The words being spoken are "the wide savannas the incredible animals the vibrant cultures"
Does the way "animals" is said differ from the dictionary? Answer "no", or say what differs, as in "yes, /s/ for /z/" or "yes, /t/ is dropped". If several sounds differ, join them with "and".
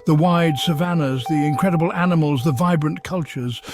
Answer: no